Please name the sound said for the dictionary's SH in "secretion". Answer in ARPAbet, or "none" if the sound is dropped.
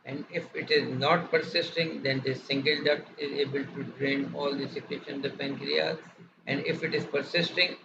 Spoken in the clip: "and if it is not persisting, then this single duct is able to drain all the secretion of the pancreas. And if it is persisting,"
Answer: none